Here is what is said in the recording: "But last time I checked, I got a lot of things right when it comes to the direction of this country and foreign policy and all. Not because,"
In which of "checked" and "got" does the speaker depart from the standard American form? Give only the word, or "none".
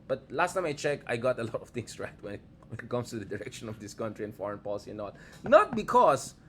checked